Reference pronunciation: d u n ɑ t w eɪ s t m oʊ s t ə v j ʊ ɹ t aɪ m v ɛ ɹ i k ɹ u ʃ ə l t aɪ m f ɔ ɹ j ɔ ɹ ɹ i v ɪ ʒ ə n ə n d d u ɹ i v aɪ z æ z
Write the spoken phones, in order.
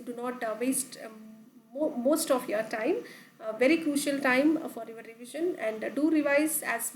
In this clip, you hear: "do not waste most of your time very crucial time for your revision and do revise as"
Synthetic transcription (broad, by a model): d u n ɑ t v eɪ s t m oʊ s t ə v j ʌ ɹ t aɪ m v ɛ ɹ i k ɹ u ʃ ə l t aɪ m f ɔ ɹ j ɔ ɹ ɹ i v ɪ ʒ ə n ə n d d u ɹ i v aɪ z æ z